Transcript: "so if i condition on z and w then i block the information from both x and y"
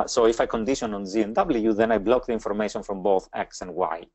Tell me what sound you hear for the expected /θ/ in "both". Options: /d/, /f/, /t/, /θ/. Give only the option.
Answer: /θ/